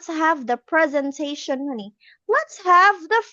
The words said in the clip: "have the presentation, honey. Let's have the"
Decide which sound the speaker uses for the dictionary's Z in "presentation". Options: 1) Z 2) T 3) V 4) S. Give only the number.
1